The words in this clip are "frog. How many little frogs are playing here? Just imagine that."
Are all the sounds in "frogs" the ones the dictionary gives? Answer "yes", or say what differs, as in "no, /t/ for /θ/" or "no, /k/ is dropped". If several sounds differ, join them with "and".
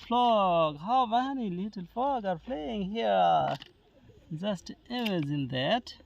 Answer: no, /l/ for /ɹ/ and /z/ is dropped